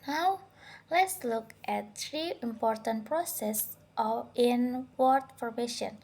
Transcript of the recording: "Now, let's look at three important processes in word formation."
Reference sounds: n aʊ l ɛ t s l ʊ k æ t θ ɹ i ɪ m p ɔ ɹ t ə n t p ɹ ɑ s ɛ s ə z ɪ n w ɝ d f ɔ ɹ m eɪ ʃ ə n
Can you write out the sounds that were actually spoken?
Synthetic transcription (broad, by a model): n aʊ l ɛ t s l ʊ k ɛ t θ ɹ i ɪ m p ɔ ɹ t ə n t p ɹ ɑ s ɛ s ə ɪ n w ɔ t f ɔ ɹ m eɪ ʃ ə n